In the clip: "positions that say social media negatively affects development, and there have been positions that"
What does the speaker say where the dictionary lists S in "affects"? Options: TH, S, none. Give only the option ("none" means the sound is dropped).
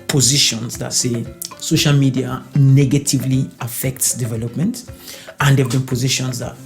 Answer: S